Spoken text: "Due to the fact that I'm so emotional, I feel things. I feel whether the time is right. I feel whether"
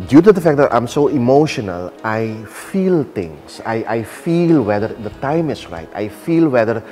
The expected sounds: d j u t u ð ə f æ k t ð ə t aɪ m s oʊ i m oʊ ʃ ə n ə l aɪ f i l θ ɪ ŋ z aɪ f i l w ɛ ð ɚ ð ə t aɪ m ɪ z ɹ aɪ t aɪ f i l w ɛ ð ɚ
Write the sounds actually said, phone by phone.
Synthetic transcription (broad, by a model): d j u t u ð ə f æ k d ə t aɪ m s oʊ i m oʊ ʃ ə n ə l aɪ f i l t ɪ ŋ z aɪ f i l w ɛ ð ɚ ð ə t aɪ m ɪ s ɹ aɪ t aɪ f i l w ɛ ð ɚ